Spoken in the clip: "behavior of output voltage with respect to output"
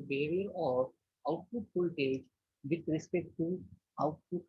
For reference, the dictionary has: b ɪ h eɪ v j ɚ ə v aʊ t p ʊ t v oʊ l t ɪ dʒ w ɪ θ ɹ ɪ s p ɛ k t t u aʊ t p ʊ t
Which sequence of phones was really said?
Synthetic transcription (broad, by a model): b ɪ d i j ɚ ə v aʊ t p ʊ t p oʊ l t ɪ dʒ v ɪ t ɹ ɪ s p ɛ k t t u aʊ t p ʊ t